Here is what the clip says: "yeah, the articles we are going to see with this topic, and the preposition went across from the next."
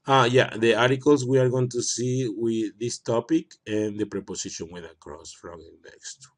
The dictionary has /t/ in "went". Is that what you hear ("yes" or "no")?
no